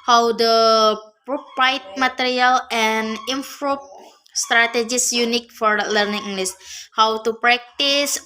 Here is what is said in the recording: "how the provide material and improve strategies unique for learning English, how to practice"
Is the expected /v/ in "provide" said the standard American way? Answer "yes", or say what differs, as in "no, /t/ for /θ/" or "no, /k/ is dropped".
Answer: no, /p/ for /v/